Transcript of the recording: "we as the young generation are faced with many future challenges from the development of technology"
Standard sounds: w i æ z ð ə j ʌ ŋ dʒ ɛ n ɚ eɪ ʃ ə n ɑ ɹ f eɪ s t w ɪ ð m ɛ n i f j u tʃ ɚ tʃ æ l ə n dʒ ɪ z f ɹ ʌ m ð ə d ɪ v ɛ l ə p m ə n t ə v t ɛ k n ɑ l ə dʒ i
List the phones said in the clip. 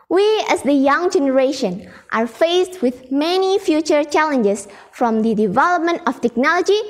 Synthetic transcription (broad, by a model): w i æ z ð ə j ʌ ŋ dʒ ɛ n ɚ eɪ ʃ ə n ɑ ɹ f eɪ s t w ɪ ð m ɛ n i f j u tʃ ɚ tʃ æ l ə n dʒ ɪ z f ɹ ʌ m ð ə d ɪ v ɛ l ə p m ə n t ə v t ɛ k n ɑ l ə dʒ i